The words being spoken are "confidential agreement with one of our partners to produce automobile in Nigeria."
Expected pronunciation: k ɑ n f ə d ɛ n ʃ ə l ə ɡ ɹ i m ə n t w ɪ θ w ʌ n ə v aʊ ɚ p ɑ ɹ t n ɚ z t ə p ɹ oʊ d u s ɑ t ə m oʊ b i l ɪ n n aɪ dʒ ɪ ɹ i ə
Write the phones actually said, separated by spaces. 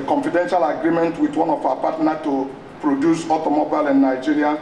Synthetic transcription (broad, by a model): k ɑ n f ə d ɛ n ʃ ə l ə ɡ ɹ i m ə n t w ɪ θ w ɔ n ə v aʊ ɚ p ɑ t n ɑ t ə p ɹ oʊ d u s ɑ t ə m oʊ b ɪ l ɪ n n aɪ dʒ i ɹ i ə